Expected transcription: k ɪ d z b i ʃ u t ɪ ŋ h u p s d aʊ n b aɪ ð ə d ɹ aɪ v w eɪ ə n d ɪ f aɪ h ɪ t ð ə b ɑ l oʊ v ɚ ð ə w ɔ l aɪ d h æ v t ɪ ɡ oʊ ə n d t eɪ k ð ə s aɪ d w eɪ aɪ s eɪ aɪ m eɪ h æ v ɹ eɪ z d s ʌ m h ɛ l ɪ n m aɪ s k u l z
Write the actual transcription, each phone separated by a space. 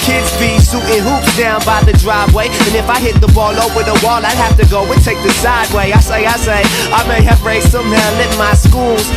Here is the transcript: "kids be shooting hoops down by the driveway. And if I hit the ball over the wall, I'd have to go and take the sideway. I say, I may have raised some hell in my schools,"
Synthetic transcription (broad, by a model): k ɪ d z b i s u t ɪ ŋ h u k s d aʊ n b aɪ ð ə d ɹ aɪ v w eɪ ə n ɪ f aɪ h ɪ t ð ə b ɑ l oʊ w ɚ ð ə w ɔ l aɪ d h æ f t ɪ ɡ oʊ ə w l t eɪ k ð ə s aɪ d w eɪ aɪ s eɪ aɪ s eɪ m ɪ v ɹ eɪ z s ʌ m h ɛ l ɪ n m aɪ s k u l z